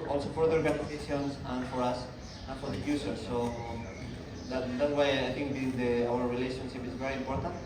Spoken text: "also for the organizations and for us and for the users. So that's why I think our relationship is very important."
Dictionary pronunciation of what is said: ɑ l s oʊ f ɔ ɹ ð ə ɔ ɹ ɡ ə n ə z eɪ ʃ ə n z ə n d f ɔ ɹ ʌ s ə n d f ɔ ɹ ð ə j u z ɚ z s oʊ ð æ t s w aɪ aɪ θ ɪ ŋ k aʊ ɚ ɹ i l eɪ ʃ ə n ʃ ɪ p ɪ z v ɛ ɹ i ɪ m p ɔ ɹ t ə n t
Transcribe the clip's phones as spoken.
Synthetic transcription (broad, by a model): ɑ l s oʊ f ɔ ɹ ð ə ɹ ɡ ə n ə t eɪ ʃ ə n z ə n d f ɔ ɹ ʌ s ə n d f ɔ ɹ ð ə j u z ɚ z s oʊ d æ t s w aɪ aɪ t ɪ ŋ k aʊ ɚ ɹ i l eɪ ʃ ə n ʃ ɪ p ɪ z v ɛ ɹ i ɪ m p ɔ ɹ t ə n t